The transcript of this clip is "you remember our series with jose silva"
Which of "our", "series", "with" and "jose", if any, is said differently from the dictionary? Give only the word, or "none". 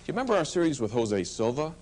none